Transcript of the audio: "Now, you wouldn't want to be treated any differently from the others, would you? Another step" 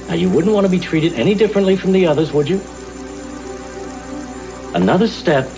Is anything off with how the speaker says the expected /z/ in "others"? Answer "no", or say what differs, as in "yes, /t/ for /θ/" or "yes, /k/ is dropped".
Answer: no